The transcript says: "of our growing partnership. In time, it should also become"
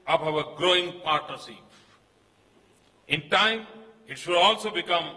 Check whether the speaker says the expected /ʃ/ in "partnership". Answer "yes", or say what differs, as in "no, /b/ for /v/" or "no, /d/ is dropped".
no, /s/ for /ʃ/